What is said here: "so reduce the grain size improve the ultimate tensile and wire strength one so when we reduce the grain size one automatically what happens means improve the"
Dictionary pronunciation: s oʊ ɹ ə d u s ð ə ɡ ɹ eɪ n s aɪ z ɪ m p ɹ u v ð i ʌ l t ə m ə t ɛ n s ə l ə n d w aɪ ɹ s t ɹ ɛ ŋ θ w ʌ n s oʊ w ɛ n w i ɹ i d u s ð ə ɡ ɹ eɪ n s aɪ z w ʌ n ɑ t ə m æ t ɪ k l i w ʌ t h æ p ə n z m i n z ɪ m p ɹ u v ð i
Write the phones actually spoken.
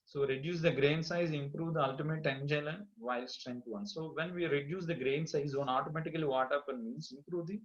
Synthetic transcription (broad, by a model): s oʊ ɹ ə d u s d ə ɡ ɹ eɪ n s aɪ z ɪ m p ɹ u v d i ʌ l t ə m ə t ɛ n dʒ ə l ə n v aɪ l s t ɹ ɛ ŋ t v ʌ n s oʊ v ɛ n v i ɹ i d u s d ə ɡ ɹ eɪ n s aɪ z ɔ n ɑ t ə m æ t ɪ k l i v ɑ t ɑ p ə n m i n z ɪ m p ɹ u v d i